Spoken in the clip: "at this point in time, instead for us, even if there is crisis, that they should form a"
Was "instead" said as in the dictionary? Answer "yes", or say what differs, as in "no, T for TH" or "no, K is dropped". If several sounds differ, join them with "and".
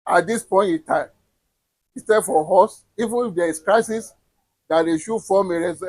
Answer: no, N is dropped